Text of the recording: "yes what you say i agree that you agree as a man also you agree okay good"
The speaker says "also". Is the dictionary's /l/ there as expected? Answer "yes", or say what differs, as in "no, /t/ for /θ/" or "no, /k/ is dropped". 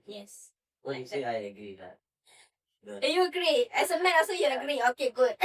no, /l/ is dropped